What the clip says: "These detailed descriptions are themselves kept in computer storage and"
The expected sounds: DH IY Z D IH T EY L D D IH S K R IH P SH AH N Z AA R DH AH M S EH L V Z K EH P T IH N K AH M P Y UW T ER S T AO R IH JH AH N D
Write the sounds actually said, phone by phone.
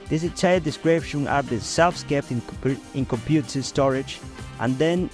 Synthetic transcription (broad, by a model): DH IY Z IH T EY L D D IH S K R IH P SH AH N AA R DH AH S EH L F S K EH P T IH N K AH M P Y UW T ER S T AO R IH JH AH N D